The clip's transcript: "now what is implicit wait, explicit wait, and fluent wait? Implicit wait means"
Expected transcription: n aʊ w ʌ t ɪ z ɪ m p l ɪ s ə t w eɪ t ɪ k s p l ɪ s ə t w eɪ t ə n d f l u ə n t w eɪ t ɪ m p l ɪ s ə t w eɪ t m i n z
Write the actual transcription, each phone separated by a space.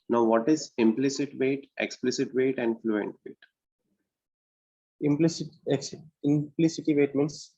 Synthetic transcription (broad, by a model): n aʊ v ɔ t ɪ z ɪ m p l ɪ s ə t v eɪ t ɪ k s p l ɪ s ə t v eɪ t ə n d f l u ə n t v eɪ t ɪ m p l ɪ s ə t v eɪ t m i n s